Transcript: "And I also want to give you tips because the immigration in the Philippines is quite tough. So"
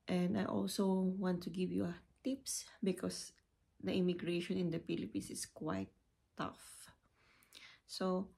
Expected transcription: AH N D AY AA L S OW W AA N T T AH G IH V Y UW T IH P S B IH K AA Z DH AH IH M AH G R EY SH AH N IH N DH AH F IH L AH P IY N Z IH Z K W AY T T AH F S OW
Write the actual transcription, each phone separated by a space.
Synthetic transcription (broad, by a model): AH N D AY AA L S OW W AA N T T AH G IH V Y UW T IH P S B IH K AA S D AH IH M AH G R EY SH AH N IH N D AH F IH L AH P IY N S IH S K W AY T T AH F S OW